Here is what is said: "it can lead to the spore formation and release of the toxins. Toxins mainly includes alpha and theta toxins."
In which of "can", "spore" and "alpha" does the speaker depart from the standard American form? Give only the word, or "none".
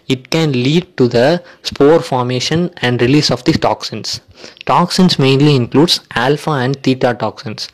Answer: none